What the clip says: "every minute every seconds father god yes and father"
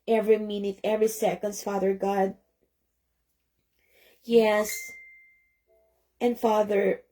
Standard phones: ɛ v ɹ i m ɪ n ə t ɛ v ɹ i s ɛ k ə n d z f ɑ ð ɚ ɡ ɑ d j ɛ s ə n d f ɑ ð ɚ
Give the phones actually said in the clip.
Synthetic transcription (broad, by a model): ɛ v ɹ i m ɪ n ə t ɛ v ɹ i s ɛ k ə n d s f ɑ ð ɚ ɡ ɑ d j ɛ s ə n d f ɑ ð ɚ